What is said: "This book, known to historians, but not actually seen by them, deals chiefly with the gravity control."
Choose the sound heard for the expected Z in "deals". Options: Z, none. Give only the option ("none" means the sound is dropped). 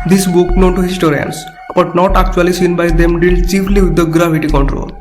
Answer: none